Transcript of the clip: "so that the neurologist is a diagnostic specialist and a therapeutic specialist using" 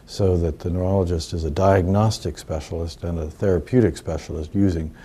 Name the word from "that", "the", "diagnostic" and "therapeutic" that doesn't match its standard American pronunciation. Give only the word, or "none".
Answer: none